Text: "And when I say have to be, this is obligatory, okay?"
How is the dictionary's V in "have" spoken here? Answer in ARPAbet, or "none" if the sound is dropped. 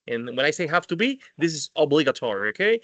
F